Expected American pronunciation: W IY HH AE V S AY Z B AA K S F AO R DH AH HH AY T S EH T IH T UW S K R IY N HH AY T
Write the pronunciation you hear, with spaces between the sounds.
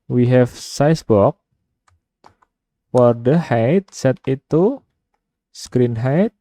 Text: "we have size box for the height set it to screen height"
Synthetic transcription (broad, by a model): W IY HH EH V S AY S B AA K F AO R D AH HH AY T S EH T IH T UW S K R IY N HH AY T